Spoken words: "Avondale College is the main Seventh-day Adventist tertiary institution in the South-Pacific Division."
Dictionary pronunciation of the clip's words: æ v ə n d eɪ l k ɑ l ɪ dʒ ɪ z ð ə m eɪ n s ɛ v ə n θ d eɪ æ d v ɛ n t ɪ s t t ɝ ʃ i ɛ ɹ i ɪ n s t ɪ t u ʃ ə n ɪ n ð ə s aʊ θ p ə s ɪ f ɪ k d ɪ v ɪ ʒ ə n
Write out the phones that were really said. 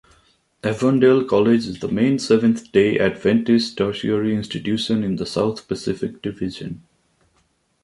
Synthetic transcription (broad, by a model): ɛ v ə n d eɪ l k ɑ l ɪ dʒ ɪ z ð ə m eɪ n s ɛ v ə n t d eɪ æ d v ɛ n t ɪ s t t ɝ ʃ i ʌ ɹ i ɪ n s t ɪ t u ʃ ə n ɪ n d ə s aʊ t p ə s ɪ f ɪ k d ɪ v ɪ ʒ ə n